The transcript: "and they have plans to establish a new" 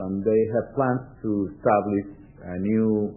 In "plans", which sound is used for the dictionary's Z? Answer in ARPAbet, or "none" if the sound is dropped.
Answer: S